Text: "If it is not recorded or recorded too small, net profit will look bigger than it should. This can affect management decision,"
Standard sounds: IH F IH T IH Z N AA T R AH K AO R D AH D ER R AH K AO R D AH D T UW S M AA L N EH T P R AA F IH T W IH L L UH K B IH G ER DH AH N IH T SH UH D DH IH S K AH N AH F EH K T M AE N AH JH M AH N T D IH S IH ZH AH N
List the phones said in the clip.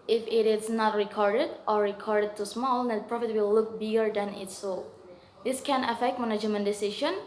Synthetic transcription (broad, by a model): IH F IH T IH S N AA T R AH K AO R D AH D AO R AH K AO R D AH D T UW S M AA L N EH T P R AA F IH T W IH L L UH K B IH G ER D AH N IH T S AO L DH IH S K AH N AH F EH K T M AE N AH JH M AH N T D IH S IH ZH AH N